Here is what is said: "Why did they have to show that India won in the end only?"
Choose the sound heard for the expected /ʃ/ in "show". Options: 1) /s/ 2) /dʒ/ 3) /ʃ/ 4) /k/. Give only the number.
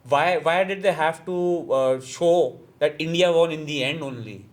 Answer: 3